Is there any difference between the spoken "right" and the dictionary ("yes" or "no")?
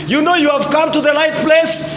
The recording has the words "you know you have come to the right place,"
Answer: yes